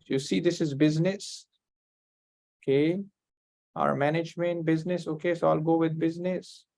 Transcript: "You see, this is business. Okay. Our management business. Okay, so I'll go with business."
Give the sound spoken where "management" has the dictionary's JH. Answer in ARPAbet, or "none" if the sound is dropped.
JH